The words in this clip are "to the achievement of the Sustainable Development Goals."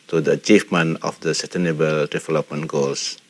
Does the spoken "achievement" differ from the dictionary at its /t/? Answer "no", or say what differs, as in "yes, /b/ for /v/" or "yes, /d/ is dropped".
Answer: yes, /t/ is dropped